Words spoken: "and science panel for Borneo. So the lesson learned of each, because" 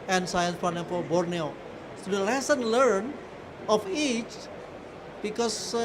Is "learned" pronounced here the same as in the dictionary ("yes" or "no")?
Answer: no